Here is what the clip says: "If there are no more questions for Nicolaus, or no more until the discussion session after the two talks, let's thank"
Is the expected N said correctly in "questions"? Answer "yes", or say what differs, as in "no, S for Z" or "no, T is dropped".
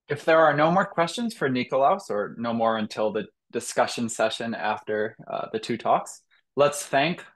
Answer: yes